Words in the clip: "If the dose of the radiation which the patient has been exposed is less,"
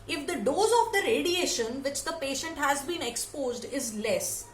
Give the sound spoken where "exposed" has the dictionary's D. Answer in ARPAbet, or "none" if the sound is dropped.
D